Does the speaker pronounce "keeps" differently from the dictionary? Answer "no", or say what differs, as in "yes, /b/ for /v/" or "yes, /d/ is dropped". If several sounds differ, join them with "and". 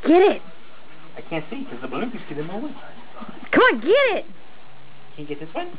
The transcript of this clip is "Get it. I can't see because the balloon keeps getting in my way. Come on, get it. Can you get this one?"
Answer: yes, /p/ is dropped